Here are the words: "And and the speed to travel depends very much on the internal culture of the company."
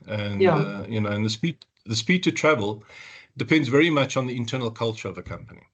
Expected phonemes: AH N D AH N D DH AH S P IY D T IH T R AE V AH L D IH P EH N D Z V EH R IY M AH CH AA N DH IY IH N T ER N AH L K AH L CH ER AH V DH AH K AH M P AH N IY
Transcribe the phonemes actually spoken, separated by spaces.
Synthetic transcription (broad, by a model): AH N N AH N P DH AH S P IY D T IH T R AE V AH L D IH P EH N D Z V EH R IY M AH CH N DH IY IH N T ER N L K AH L CH ER AH V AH K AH M P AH N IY